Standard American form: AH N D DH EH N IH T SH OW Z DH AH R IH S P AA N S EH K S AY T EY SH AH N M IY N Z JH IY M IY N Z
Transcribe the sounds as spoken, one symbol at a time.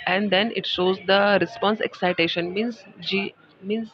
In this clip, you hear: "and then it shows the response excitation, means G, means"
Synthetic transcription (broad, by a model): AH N D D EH N IH T SH OW Z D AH R IH S P AA N S EH K S AY T EY SH AH N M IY N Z JH IY M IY N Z